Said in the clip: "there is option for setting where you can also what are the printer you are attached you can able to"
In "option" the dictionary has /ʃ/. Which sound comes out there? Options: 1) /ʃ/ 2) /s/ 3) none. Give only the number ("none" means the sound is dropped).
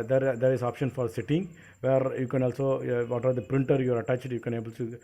1